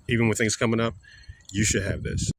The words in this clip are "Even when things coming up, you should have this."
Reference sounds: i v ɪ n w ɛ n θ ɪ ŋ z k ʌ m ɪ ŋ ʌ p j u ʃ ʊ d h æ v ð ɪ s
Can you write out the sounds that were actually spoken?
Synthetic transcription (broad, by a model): i v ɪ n w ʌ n θ ɪ ŋ z k ʌ m ɪ ŋ ʌ p j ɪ ʃ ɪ d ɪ v ð ɪ s